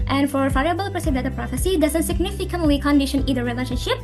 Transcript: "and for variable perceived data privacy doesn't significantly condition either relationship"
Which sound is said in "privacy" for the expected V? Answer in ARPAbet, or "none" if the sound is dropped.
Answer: F